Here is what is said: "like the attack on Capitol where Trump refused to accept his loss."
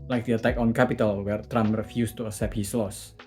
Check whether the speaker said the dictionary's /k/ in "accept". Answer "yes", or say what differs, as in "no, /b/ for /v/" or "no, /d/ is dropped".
no, /k/ is dropped